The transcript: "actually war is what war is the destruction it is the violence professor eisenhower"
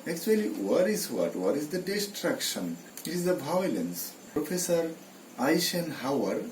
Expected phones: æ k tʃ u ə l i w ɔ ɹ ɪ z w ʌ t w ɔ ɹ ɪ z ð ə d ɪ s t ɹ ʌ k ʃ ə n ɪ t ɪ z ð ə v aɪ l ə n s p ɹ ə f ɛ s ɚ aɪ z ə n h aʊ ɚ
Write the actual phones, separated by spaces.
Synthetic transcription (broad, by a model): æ k tʃ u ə l i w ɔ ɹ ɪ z w ʌ t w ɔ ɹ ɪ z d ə d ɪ s t ɹ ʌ k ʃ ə n ɪ t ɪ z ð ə b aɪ l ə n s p ɹ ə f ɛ s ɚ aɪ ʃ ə n h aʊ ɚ